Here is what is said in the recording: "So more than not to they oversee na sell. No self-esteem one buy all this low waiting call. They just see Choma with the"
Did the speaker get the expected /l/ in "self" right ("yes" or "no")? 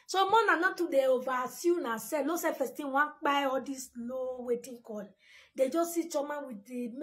no